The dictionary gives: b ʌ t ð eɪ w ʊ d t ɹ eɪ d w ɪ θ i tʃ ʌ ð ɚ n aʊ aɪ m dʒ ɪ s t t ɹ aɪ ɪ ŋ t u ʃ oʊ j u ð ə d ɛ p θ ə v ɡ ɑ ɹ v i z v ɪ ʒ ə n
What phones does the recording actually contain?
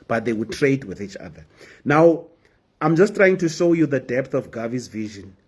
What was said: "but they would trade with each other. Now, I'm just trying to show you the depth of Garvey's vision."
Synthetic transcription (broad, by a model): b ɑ t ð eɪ w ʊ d t ɹ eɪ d w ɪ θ i tʃ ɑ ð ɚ n aʊ aɪ m dʒ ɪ s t t ɹ aɪ ɪ ŋ t u ʃ oʊ j u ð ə d ɛ p θ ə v ɡ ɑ v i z v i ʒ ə n